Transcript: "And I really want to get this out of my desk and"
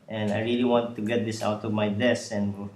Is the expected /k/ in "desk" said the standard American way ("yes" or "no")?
no